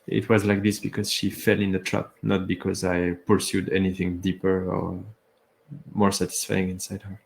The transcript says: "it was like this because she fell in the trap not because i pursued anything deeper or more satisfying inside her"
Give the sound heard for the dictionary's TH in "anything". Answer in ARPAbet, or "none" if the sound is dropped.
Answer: TH